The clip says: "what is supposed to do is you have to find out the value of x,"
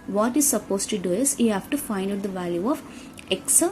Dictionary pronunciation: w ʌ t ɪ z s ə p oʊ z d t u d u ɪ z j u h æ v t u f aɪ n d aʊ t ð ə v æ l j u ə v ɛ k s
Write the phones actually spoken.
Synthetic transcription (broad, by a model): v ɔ t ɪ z s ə p oʊ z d t u d u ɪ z j u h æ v t u f aɪ n d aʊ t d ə v æ l j u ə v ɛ k s